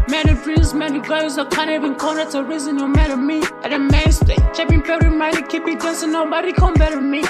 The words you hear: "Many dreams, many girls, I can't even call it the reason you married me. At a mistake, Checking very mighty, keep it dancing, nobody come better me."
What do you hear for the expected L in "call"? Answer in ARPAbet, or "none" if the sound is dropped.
N